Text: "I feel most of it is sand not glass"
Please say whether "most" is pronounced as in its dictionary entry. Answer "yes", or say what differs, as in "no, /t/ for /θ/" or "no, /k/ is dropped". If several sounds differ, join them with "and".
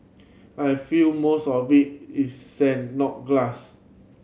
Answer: yes